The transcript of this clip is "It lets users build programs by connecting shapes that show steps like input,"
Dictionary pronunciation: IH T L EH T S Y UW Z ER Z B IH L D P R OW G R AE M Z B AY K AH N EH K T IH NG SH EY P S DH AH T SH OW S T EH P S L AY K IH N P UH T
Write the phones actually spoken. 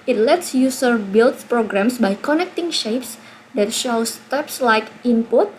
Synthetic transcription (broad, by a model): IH T L EH T S Y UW S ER B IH L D P R OW G R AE M S B AY K AH N EH K T IH NG SH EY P S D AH T SH OW S T EH P S L AY K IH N P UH T